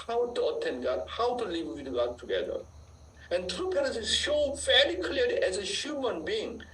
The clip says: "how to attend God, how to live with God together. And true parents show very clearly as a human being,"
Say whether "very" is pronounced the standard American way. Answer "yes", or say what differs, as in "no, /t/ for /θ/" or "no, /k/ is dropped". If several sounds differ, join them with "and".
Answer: no, /l/ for /ɹ/